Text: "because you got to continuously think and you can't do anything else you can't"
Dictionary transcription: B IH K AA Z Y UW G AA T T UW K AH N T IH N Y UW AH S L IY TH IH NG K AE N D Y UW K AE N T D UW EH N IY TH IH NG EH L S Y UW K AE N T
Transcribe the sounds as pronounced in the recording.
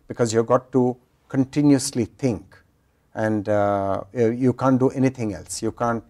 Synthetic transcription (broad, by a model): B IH K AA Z Y UW G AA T T UW K AH N T IH N Y UW AH S L IY T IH NG K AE N D Y UW K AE N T D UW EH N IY T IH NG EH L S Y UW K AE N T